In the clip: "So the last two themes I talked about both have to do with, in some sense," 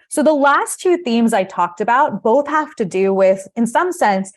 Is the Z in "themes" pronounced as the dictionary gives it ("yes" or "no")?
yes